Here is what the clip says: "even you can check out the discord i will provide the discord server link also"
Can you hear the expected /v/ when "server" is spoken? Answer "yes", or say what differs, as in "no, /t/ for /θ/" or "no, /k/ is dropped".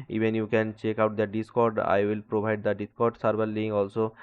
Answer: no, /b/ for /v/